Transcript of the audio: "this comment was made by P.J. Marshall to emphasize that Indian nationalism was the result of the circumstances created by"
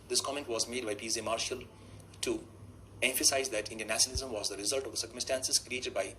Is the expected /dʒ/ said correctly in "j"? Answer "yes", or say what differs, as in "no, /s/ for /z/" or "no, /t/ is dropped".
no, /z/ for /dʒ/